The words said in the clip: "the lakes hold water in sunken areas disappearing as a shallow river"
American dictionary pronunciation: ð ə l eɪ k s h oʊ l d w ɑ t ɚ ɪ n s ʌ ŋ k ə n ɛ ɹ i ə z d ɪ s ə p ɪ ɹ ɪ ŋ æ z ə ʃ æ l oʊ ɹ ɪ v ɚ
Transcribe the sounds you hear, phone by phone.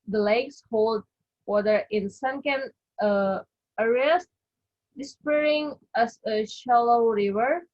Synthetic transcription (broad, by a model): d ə l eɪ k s h oʊ l d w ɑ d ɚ ɪ n s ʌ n k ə n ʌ ɹ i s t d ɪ s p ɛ ɹ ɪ ŋ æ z ə ʃ æ l oʊ ɹ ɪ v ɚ